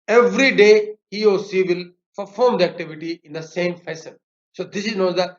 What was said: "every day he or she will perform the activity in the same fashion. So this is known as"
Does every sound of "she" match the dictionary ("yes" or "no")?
no